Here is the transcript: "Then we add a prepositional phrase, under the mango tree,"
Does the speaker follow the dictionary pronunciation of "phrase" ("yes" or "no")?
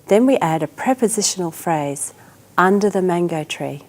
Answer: yes